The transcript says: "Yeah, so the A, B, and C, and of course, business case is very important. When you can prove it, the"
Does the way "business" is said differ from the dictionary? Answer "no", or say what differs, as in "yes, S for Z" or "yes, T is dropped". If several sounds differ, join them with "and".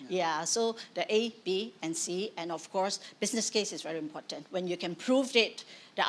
yes, S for Z